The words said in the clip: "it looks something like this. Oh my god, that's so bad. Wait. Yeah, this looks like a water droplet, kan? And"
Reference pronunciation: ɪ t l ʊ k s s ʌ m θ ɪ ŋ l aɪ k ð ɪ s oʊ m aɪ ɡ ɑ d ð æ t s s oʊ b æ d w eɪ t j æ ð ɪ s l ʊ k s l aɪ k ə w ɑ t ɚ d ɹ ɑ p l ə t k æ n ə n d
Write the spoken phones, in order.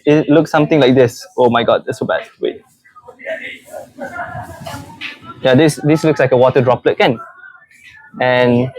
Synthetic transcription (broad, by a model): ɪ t l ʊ k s s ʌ m t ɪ ŋ l aɪ k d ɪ s oʊ m aɪ ɡ ɑ d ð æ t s s oʊ b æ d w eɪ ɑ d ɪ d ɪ s l ʊ k s l aɪ k ə w ɑ t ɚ d ɹ ɑ p l ə t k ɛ n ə n